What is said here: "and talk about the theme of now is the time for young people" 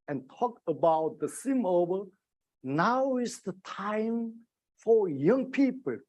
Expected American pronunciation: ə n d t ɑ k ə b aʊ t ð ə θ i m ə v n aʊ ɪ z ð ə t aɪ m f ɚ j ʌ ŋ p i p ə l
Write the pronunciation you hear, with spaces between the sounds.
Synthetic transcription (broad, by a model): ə n t ɑ k ə b aʊ t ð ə s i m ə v n aʊ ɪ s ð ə t aɪ m f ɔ j ʌ ŋ p i p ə l